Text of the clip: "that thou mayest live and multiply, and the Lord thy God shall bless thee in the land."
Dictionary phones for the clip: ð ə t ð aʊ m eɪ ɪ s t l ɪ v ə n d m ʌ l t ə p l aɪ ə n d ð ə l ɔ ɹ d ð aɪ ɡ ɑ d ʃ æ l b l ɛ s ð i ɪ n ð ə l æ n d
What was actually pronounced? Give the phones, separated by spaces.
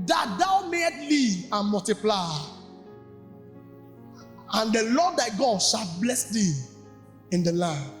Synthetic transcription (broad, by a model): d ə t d aʊ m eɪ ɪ t l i ə n m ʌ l t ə p l aɪ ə n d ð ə l ɔ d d aɪ ɡ ɑ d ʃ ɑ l b l ɛ s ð i ɪ n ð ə l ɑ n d